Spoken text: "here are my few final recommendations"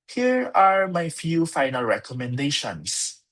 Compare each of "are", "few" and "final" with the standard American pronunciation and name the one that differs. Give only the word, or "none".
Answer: none